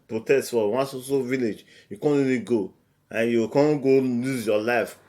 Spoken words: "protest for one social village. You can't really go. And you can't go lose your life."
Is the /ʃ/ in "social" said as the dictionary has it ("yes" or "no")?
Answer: no